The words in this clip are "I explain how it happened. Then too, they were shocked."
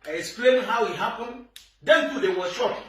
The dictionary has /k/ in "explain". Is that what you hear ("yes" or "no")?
no